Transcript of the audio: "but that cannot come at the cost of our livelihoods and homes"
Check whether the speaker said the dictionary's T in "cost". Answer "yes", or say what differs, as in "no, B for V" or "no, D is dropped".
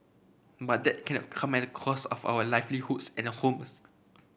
no, T is dropped